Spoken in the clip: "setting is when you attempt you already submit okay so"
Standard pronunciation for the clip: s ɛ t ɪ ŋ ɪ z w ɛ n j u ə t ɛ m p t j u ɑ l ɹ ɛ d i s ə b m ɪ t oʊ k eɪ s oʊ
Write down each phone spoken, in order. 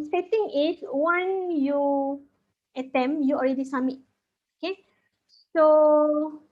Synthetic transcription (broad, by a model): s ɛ t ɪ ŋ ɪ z w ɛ n j u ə t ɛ m j u ɑ l ɹ ɛ d i s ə m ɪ t oʊ k eɪ s oʊ